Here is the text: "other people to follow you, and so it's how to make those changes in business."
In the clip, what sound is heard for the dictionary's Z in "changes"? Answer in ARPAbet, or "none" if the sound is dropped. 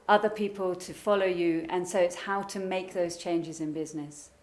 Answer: Z